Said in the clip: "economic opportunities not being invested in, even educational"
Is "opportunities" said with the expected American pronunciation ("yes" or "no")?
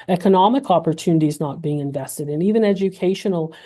yes